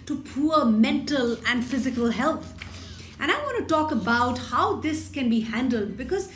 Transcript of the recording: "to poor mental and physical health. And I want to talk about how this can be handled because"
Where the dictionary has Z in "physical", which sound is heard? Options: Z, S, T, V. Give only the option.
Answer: Z